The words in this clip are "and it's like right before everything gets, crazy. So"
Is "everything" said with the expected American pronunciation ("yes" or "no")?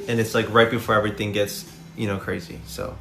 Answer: yes